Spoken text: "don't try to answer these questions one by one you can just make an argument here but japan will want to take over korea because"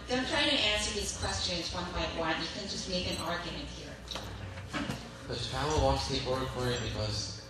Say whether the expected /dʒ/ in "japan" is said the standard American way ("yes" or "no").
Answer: no